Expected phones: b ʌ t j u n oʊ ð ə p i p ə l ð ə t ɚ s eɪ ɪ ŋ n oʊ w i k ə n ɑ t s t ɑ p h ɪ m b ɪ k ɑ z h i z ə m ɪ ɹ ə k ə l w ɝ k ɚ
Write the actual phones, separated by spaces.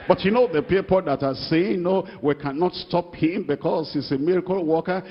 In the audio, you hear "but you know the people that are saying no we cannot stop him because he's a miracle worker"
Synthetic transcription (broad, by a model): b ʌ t j u n oʊ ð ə p i p ə l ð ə t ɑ s eɪ ɪ ŋ n oʊ w i k ə n ɑ t s t ɑ p h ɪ m b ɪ k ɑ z h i s ə m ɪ ɹ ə k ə l w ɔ k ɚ